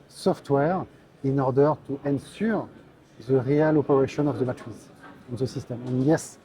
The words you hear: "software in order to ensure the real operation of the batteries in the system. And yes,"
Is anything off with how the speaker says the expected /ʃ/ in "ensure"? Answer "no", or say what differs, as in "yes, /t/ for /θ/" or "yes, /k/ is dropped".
yes, /s/ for /ʃ/